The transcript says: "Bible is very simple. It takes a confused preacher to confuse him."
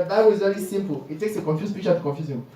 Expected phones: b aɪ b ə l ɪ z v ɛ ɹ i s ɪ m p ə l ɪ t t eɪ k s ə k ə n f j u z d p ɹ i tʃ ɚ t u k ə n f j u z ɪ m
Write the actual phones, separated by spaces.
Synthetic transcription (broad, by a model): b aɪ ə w ɪ z v ɛ ɹ i s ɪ m p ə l ɪ t t eɪ k s ə k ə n f j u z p i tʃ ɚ t u k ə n f j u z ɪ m